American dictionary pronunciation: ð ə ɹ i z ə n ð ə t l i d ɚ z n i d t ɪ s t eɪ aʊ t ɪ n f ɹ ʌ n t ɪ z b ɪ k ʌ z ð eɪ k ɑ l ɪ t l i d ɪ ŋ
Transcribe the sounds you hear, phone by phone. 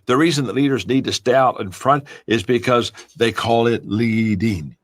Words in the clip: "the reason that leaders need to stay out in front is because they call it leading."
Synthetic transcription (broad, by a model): ð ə ɹ i z ə n ð ə t l i d ɚ z n i d t ɪ s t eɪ aʊ t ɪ n f ɹ ʌ n t ɪ z b ɪ k ʌ z ð eɪ k ɑ l ɪ t l i d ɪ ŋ